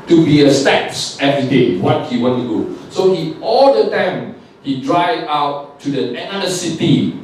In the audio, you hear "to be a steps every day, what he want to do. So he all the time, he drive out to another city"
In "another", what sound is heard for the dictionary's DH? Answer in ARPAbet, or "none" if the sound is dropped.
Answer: none